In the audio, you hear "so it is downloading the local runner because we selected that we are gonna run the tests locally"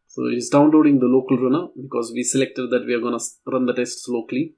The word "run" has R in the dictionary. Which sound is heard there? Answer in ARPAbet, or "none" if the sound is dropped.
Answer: R